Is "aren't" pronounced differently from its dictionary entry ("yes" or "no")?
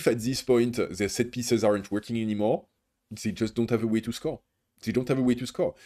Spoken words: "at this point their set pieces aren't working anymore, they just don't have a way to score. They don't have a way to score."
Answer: no